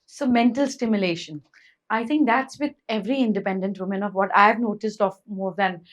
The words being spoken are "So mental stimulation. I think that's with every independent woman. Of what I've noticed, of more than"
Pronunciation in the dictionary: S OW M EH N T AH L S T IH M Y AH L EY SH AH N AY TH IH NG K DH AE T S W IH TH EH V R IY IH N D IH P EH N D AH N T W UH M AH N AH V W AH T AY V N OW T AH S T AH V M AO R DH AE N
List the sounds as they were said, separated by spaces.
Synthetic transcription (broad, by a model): S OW M EH N T AH L S T IH M Y AH L EY SH AH N AY T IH NG K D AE T S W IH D EH V R IY IH N D IH P EH N D AH N T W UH M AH N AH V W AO T AY V N OW T AH S T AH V M AO R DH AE N